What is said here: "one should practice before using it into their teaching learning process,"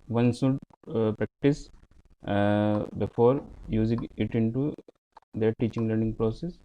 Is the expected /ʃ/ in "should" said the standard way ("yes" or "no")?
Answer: no